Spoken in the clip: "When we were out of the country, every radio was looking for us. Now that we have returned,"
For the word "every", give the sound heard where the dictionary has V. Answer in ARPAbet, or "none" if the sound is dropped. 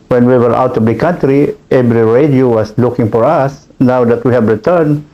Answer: B